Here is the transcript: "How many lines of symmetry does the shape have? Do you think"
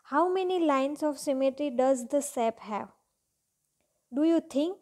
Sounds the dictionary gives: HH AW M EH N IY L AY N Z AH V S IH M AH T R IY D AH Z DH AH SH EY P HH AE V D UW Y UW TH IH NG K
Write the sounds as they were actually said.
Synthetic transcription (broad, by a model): HH AW M EH N IY L AY N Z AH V S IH M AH T R IY D AH Z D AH S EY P HH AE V D UW Y UW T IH NG K